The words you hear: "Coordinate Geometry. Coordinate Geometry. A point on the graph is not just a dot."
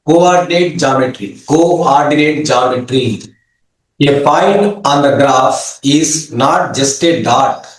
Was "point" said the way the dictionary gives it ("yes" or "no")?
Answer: no